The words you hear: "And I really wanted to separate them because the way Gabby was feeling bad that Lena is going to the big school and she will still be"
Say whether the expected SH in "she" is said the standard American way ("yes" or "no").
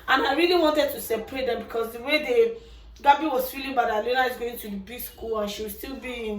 yes